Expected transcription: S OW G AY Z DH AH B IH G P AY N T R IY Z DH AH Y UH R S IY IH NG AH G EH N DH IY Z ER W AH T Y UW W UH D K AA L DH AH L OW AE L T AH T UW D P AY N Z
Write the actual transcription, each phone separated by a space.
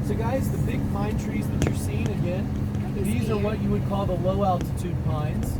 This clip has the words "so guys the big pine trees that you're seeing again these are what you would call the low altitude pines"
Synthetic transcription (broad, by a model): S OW G AY Z DH AH B IH G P AY N T R IY Z DH AH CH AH R S IY IH NG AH G EH N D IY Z ER W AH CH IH W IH D K AA L DH AH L OW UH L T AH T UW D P AY N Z